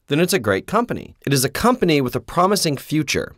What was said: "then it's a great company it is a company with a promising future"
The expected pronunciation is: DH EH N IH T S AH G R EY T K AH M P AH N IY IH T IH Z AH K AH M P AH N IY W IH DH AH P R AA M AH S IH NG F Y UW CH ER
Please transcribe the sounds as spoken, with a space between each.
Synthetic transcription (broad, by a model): DH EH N IH T S AH G R EY T K AH M P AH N IY IH T IH Z AH K AH M P AH N IY W IH DH AH P R AA M AH S IH NG F Y UW CH ER